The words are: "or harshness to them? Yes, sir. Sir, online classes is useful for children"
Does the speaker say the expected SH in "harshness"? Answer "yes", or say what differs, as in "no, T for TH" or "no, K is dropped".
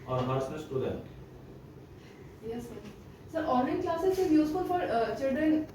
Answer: no, S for SH